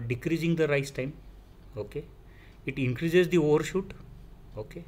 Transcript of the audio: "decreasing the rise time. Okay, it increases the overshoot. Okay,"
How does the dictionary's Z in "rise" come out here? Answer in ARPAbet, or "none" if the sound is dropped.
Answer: S